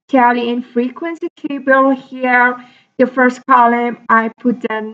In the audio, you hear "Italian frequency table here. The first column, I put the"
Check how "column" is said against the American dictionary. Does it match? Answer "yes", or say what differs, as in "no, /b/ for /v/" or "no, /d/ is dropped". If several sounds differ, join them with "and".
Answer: yes